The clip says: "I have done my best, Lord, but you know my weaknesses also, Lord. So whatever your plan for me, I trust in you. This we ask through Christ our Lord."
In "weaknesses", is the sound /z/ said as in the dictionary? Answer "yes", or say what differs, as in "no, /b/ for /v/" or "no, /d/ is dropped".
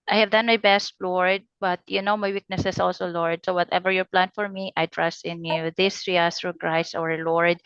no, /s/ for /z/